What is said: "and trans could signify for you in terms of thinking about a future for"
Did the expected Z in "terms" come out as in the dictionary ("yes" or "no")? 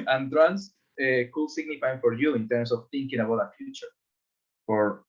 no